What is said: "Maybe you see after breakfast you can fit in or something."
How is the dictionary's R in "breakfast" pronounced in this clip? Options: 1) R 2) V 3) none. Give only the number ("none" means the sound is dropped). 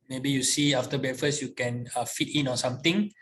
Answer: 3